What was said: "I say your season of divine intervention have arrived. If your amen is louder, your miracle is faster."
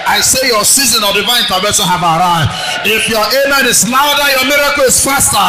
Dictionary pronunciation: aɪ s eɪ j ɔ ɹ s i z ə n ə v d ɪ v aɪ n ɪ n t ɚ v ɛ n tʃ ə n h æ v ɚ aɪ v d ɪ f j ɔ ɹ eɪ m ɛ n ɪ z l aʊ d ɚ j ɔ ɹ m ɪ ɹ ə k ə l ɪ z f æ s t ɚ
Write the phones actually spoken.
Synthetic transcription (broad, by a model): aɪ s eɪ j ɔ s i z ə n ə v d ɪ v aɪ ɪ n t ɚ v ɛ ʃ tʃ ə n h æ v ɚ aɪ ɪ f j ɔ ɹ eɪ m ɛ n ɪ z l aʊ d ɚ j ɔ m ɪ ɹ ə k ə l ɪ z f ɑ s t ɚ